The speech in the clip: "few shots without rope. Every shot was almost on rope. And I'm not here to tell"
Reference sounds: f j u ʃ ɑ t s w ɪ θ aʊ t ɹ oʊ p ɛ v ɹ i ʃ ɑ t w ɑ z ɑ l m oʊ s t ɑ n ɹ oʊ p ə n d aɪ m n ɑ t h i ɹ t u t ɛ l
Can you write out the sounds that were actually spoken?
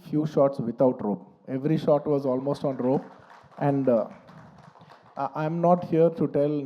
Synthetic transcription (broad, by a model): f j u ʃ ɑ t s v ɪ t aʊ t ɹ oʊ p ɛ v ɹ i ʃ ɑ t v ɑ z ɑ l m oʊ s t ɑ n ɹ oʊ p ə n d aɪ m n ɑ t h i ɹ t u t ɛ l